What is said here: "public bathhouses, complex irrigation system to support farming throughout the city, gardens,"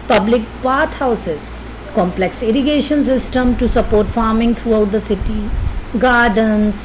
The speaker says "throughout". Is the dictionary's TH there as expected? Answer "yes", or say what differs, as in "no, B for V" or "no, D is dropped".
no, T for TH